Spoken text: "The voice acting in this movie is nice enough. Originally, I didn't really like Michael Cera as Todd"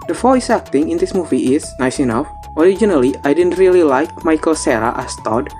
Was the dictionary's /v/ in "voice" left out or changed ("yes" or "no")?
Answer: yes